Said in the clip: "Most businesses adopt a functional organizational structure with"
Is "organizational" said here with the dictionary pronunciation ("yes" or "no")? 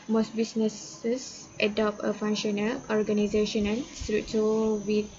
no